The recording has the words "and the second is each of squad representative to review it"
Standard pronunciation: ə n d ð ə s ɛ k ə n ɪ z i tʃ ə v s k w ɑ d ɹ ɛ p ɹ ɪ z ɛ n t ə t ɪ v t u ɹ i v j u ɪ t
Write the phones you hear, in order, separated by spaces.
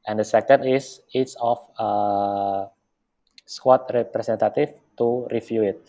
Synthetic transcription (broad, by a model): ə n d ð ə s ɛ k ə n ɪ s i s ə f s k w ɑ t ɹ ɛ p ɹ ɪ s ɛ n t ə t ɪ f t u ɹ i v j u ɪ t